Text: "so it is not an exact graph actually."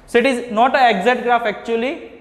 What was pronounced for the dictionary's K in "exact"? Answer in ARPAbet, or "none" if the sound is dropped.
none